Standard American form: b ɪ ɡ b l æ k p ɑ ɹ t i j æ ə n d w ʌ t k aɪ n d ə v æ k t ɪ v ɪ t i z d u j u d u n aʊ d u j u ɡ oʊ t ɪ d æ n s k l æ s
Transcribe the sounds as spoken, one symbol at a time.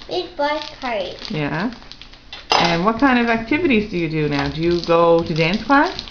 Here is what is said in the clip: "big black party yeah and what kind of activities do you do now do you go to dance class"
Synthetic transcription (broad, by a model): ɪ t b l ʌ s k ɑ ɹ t j æ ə n w ʌ t k aɪ n d ə v æ k t ɪ v ɪ t i z d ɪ j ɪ d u n aʊ d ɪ j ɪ ɡ oʊ t ɪ d æ n s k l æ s